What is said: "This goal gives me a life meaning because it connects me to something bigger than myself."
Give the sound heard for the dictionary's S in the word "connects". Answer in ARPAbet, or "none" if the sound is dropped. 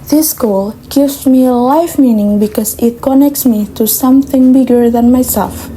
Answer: S